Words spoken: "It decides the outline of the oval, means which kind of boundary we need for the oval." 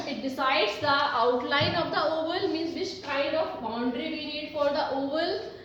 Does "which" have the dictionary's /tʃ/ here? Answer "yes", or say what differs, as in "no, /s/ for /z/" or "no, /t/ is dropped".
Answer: no, /s/ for /tʃ/